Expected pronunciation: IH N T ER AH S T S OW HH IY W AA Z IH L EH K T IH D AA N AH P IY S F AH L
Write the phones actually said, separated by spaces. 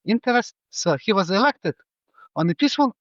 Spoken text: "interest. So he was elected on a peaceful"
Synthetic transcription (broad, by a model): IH N T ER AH S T S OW HH IY W AA Z IH L EH K T IH D AA N AH P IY S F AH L